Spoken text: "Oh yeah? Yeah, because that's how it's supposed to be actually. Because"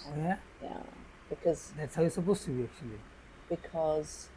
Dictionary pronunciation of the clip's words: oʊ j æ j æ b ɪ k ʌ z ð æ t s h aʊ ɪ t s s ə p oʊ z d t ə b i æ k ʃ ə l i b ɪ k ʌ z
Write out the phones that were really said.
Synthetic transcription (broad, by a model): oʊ j æ j æ b ɪ k ʌ z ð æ t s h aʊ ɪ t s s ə b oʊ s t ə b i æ k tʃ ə l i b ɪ k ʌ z